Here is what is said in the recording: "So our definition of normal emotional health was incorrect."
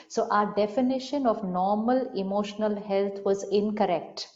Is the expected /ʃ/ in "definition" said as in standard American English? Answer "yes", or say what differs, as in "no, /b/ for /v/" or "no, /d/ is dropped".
yes